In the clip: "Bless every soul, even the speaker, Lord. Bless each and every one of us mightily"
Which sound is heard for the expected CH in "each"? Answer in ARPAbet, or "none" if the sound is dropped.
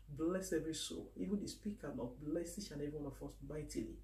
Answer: SH